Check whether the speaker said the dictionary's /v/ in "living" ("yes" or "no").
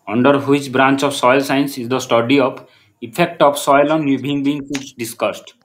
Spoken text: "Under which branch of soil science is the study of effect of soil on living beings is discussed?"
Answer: no